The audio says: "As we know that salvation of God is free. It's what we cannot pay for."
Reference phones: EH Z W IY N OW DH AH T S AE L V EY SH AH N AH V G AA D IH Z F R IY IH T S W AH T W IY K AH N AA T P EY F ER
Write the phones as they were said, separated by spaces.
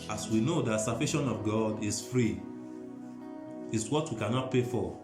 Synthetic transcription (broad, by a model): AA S W IY N OW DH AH T S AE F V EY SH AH N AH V G AA D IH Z F R IY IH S W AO T W IY K AH N AA T P EY F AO